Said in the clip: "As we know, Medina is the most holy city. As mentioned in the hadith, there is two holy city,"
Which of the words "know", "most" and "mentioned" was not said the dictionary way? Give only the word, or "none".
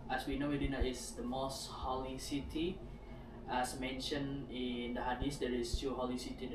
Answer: mentioned